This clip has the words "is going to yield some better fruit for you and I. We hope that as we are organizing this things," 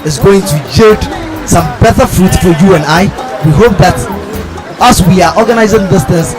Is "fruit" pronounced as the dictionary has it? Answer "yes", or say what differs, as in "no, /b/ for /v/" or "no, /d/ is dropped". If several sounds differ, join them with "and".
yes